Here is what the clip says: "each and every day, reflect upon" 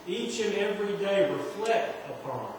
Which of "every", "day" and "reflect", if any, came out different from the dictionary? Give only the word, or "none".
reflect